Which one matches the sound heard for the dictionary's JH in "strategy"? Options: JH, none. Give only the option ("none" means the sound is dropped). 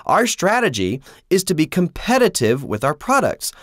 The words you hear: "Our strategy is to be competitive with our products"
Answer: JH